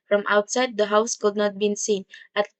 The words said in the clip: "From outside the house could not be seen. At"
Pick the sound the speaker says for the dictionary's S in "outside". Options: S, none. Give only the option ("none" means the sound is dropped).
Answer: S